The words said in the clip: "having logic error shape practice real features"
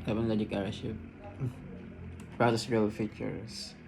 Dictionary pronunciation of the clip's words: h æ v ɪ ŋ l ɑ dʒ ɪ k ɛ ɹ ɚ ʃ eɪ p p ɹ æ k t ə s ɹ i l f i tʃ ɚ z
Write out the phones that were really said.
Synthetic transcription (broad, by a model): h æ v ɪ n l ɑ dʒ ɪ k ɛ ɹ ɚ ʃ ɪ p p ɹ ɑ t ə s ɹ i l f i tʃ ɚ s